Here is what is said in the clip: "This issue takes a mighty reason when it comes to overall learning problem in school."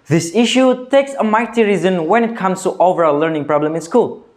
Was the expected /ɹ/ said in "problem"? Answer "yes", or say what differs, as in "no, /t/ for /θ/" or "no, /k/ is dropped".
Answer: yes